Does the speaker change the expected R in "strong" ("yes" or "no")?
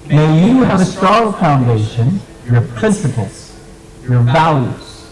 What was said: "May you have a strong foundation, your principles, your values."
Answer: yes